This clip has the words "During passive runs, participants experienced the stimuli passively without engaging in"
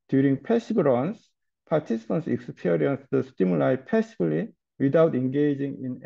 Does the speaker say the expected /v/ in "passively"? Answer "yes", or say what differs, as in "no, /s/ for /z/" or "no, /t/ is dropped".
no, /b/ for /v/